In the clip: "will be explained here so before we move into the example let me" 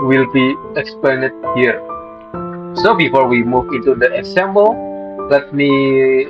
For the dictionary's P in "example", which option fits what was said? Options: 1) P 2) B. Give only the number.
2